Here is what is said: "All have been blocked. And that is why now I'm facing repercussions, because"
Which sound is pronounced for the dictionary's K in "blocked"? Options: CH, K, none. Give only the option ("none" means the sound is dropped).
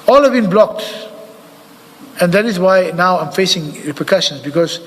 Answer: K